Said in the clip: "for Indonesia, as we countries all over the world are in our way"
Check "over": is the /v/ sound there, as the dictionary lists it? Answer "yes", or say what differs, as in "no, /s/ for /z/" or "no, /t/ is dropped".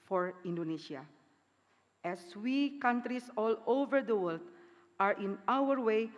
yes